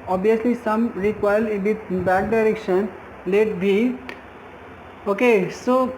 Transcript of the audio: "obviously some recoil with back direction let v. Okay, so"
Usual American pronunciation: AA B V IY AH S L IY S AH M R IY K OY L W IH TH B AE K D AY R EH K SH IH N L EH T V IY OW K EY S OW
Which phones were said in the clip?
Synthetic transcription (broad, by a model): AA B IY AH S L IY S AH M R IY K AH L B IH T B AE K D AY R EH K SH IH N L EH T B IY OW K EY S OW